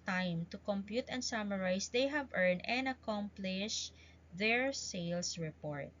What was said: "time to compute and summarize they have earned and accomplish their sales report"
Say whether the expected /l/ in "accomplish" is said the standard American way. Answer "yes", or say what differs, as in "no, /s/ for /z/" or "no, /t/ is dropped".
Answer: yes